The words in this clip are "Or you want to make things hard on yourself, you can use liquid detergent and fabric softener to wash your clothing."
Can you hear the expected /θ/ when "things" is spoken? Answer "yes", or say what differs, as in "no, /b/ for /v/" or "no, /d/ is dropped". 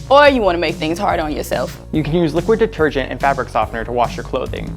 yes